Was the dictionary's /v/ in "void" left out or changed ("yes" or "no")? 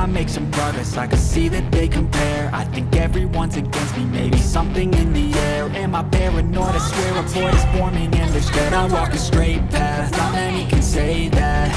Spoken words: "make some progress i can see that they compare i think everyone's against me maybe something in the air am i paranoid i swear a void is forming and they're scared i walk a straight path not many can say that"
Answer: yes